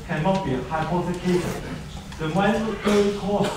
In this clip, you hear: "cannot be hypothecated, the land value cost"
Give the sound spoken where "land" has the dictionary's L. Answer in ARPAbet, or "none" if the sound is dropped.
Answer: W